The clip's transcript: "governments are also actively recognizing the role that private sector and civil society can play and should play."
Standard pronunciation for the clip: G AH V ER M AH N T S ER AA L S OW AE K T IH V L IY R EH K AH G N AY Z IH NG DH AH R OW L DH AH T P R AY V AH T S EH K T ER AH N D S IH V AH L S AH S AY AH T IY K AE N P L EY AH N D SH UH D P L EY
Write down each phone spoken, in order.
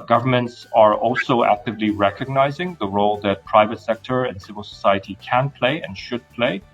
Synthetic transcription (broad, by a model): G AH V ER M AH N T S ER AA L S OW AE K T IH V L IY R EH K AH G N AY Z IH NG DH AH R OW L DH AH T P R AY V AH T S EH K T ER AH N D S IH V AH L S AH S AY AH T IY K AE N P L EY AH N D SH UH D P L EY